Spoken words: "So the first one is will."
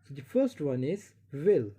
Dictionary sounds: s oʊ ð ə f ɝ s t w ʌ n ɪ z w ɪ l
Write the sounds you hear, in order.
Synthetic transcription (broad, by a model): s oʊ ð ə f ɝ s t w ʌ n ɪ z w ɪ l